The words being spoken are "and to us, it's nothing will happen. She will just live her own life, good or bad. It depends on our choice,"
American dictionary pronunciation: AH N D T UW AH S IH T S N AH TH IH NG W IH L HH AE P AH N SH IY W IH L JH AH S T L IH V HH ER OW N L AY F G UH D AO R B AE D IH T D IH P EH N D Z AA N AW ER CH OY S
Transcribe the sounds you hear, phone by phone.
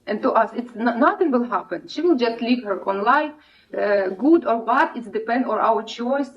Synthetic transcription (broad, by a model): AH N T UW AH S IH T S N AH TH IH NG W IH L HH AE P AH N SH IY W IH L JH AH S T L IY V HH ER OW N L AY F G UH D AO R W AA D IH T D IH P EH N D AA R AW ER CH OY S